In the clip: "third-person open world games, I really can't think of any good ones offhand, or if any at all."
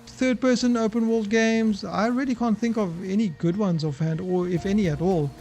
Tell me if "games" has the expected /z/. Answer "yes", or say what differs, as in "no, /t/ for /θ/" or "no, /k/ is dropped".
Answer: yes